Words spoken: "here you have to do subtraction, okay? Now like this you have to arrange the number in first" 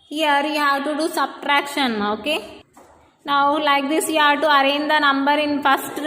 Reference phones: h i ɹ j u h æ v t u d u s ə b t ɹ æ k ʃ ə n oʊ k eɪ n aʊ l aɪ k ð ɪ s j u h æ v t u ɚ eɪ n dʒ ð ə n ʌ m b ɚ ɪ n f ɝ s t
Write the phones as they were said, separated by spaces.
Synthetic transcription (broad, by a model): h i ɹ j u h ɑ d t u d u s ə b t ɹ æ k ʃ ə n oʊ k eɪ n aʊ l aɪ k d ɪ s j u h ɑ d t u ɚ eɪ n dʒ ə n ʌ m b ɚ ɪ n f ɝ s t